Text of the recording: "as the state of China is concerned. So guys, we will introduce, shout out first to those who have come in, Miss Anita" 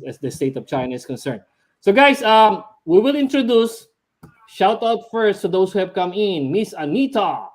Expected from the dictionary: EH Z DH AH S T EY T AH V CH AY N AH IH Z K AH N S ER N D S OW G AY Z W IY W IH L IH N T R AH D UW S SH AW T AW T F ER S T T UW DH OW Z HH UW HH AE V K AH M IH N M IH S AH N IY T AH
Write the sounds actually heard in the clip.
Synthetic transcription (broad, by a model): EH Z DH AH S T EY T AH V CH AY N AH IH S K AH N S ER N D S OW G AY S W IY W IH L IH N T R AH D UW S SH AW T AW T F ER S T T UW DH OW S HH UW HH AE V K AH M IH N M IH S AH N IY T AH